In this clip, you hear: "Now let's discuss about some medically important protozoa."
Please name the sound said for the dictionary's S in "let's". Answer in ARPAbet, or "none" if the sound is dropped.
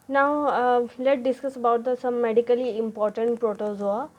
none